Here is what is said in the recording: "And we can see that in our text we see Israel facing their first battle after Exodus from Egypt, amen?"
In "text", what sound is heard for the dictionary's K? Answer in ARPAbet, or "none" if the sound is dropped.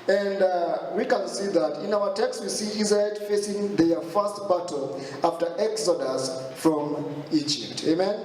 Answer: K